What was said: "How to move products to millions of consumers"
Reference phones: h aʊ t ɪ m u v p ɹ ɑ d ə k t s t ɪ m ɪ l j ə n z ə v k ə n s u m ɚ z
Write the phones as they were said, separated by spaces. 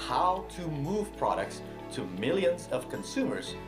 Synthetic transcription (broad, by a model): h aʊ t ɪ m u v p ɹ ɑ d ə k t s t ɪ m ɪ l j ə n z ə v k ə n s u m ɚ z